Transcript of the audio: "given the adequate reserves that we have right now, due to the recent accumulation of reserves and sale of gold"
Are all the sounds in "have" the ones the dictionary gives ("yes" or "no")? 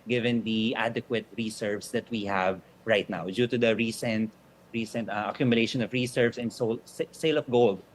yes